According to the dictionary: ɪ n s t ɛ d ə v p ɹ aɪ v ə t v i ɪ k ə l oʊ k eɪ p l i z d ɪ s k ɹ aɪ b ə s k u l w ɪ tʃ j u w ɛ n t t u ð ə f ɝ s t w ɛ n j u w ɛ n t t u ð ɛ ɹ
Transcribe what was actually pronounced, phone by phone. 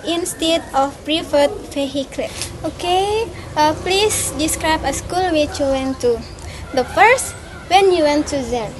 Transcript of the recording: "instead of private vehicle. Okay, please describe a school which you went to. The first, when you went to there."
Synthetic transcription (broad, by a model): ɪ n s t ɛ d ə f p ɹ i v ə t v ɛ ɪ k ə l oʊ k eɪ p l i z d ɪ s k ɹ aɪ b ə s k u l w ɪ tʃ j u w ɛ n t t u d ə f ɝ s t w ɛ n j u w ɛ n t t u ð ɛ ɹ